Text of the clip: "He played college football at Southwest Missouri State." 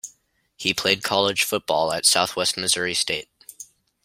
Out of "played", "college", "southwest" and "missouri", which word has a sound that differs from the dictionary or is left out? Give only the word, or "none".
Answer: college